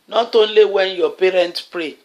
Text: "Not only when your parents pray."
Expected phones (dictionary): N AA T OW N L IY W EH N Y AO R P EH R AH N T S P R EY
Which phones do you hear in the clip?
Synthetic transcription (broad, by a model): N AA T OW N L IY W EH N Y AO P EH R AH N T P R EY